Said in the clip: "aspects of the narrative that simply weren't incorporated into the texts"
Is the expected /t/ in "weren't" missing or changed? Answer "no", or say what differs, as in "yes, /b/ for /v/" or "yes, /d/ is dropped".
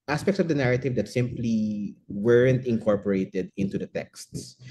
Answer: no